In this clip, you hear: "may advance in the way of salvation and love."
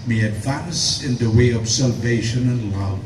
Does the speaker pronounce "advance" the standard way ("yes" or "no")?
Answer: yes